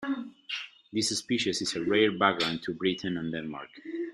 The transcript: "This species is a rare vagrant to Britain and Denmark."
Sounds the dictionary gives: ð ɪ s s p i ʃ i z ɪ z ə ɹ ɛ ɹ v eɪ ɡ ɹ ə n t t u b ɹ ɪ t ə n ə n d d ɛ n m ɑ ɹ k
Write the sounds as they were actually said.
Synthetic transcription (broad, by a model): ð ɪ s s p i ʃ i s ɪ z ə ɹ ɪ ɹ b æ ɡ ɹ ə n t t u b ɹ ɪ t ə n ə n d d ɛ n m ɑ ɹ k